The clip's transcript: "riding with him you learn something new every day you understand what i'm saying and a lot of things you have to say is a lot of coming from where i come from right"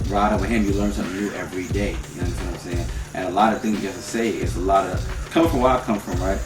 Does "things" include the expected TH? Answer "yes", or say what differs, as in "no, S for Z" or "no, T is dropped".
yes